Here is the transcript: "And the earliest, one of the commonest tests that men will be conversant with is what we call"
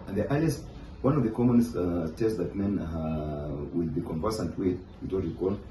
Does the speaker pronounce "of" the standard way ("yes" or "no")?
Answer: yes